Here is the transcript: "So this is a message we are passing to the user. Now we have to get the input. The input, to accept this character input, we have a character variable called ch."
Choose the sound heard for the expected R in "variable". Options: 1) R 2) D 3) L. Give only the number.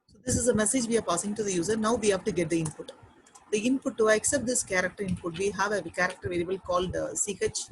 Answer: 3